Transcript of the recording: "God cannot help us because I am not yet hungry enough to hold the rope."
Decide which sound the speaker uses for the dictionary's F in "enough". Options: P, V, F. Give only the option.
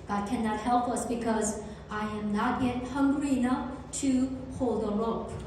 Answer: F